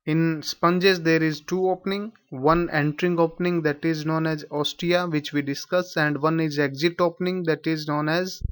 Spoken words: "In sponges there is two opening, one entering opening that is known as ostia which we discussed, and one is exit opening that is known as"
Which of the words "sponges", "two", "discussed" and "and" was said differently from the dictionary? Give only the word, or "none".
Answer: discussed